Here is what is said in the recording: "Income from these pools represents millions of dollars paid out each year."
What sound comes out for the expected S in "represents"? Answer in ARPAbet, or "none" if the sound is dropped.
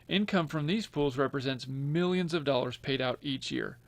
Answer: S